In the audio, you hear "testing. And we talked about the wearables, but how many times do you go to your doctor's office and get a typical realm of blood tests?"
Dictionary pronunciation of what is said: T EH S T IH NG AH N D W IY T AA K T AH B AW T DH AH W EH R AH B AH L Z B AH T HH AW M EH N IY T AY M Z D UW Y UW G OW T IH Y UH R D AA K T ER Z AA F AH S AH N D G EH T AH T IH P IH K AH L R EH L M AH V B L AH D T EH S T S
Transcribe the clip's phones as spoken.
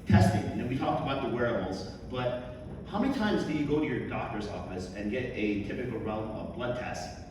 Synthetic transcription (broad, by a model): T EH S T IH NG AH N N W IY T AA K T AH B AW T DH AH W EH R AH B L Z B AH T HH AW M EH N IY T AY M Z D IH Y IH G OW T IH Y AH R D AA K T ER Z AA F AH S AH N G EH T AH T IH P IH K L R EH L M AH V B L AH D T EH S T